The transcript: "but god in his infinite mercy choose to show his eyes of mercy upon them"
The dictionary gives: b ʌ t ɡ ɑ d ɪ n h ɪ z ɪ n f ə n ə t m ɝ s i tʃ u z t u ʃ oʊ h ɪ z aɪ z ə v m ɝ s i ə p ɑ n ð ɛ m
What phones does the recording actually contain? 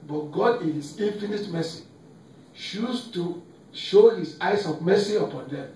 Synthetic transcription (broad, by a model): b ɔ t ɡ ɑ d ɪ n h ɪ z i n f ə n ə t m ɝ s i ʃ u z t u ʃ oʊ h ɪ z aɪ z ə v m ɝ s i ə p ɑ n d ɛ m